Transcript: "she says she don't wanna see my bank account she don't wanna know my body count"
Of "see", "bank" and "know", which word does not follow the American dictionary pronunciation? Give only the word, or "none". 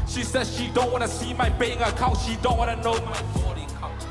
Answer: bank